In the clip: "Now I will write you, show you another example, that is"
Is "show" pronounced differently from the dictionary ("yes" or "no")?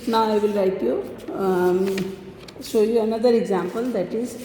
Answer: yes